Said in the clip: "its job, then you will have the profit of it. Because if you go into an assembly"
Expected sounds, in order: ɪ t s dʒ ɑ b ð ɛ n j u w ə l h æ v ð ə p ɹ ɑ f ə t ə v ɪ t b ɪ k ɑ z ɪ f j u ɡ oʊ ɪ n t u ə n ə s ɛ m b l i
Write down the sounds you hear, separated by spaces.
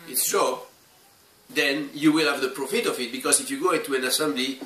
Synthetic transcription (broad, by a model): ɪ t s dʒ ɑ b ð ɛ n j u w ə l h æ v ð ə p ɹ ɑ f ə t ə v ɪ t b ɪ k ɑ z ɪ f j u ɡ oʊ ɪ t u ə n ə s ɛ m b l i